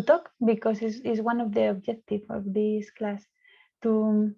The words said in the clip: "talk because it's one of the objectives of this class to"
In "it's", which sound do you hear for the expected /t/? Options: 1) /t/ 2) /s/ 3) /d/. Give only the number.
2